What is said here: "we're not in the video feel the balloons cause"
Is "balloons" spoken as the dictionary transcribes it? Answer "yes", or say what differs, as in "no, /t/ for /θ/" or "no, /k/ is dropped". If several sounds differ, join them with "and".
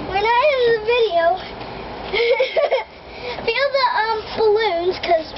yes